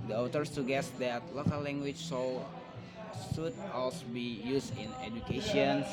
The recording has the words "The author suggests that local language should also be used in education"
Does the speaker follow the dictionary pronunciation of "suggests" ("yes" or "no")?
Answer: no